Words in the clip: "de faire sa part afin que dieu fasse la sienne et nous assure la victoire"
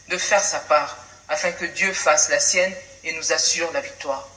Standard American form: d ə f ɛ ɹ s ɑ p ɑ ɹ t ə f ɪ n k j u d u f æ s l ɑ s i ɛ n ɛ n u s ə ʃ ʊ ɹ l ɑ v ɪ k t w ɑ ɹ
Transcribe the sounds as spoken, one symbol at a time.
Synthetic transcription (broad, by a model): d ə f ɛ ɹ s ɑ p ɑ ɹ ə f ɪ k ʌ d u f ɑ s l ɑ s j ɛ n ɛ n u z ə s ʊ ɹ l ɑ v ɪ k t w ɑ ɹ